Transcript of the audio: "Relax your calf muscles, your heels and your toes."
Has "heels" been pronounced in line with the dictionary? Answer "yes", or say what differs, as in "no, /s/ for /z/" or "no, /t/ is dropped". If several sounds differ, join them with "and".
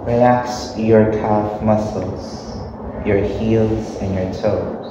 yes